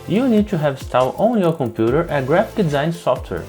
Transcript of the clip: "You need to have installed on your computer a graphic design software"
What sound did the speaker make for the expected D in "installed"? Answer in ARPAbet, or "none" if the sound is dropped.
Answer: none